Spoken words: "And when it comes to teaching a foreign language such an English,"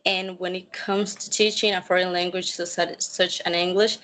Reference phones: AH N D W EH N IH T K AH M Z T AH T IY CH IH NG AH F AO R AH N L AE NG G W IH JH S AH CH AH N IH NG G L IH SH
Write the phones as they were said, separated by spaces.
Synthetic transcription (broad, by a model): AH N W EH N IH T K AH M Z T AH T IY CH IH NG AH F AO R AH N L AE NG G W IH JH S AH CH AH N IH NG G L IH SH